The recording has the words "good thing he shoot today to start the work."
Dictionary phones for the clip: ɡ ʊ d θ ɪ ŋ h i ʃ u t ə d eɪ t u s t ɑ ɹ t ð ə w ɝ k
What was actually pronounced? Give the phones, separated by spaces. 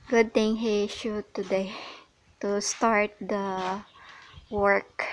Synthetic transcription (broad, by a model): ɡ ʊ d t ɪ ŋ h i ʃ u t ə d eɪ t u s t ɑ ɹ t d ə w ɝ k